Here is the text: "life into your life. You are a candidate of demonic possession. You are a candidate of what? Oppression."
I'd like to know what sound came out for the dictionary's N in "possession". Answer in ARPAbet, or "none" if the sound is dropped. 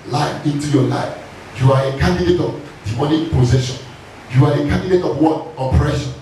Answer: N